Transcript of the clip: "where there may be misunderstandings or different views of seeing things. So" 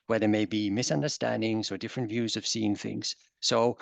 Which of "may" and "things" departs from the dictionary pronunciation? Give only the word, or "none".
none